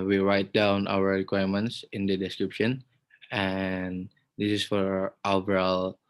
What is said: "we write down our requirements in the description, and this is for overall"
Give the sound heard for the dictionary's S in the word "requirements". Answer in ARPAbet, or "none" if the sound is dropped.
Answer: S